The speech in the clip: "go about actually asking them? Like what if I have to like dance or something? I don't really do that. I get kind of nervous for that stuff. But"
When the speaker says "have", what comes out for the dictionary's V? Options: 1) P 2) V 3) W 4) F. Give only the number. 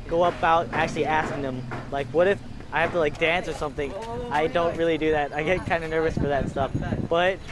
4